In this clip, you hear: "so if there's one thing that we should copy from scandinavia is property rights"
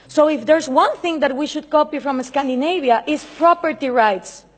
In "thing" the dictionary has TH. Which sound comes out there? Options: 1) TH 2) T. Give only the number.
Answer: 1